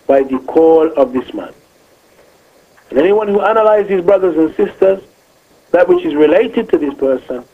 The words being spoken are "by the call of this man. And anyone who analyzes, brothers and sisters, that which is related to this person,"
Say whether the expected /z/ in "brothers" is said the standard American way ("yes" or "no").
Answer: yes